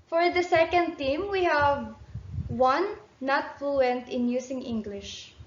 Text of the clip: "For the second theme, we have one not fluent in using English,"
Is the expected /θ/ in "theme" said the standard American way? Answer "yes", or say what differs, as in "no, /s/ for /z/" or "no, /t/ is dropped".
no, /t/ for /θ/